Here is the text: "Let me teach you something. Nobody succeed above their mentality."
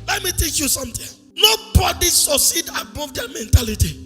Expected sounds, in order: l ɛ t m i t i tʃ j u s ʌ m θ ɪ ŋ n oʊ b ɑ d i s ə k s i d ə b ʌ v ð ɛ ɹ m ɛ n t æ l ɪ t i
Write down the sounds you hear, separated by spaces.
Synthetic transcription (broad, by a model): l ɛ t m i t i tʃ j u s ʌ m t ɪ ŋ n oʊ b ɑ d i s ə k s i d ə b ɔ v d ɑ m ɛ n t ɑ l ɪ t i